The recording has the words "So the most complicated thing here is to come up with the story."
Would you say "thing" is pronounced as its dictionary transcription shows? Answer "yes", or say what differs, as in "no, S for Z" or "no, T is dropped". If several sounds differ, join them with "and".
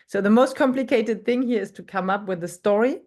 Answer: yes